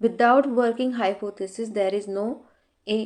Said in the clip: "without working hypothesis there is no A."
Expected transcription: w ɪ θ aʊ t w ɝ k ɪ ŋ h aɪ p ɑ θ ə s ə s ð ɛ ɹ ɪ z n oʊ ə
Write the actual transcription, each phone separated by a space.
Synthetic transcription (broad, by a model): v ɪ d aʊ t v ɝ k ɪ ŋ h aɪ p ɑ t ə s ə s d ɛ ɹ ɪ z n oʊ